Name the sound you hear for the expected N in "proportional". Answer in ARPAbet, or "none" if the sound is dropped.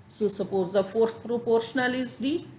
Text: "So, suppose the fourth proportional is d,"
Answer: N